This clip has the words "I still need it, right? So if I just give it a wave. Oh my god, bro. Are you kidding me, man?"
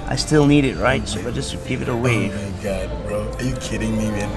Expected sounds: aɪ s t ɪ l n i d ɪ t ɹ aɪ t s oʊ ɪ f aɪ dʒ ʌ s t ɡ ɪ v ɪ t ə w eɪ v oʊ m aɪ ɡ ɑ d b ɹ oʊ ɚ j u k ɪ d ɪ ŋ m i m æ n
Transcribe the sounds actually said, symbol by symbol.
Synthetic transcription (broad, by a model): aɪ s t ɪ l n i d ɪ t ɹ aɪ t s oʊ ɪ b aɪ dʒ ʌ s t ɡ ɪ v ɪ t ə w eɪ ɪ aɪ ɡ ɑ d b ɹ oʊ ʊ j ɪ k ɪ d ɪ ŋ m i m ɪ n